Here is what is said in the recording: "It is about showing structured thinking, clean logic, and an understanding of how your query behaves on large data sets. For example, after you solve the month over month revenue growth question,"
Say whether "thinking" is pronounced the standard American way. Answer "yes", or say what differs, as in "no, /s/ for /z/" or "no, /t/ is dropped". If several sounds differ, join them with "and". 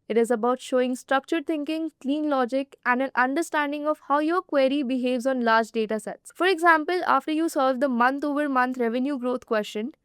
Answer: no, /t/ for /θ/